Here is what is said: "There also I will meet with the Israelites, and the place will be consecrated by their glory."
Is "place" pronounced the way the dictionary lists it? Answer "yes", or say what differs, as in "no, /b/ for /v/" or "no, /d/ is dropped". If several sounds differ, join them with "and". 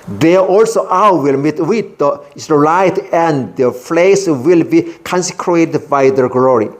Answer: no, /f/ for /p/